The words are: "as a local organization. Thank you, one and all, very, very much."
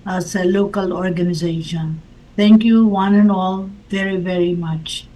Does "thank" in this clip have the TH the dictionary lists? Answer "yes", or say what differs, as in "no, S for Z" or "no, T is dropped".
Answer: no, T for TH